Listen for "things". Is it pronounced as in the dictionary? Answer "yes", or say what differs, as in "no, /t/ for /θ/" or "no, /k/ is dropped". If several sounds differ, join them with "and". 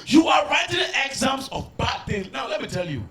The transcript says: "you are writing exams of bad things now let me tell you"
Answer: no, /z/ is dropped